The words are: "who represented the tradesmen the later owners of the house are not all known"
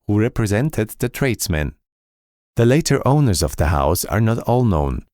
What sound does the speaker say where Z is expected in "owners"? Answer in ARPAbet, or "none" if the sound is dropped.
Z